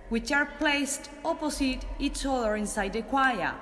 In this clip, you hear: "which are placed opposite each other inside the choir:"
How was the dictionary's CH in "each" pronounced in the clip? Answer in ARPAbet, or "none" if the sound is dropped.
S